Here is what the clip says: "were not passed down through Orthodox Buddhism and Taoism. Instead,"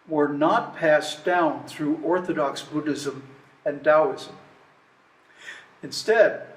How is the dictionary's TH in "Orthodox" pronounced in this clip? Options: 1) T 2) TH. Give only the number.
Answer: 2